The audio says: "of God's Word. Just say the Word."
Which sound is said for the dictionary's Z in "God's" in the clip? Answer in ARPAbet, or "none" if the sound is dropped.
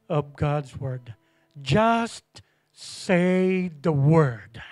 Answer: Z